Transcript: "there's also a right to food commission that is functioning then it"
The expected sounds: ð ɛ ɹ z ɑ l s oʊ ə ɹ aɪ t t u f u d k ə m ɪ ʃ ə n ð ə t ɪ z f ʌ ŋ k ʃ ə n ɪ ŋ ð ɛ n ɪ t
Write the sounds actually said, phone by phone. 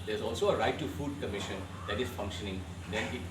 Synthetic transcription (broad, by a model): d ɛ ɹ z ɑ l s oʊ ə ɹ aɪ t t u f u d k ə m ɪ ʃ ə n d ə t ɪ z f ʌ ŋ k ʃ ə n ɪ ŋ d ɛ n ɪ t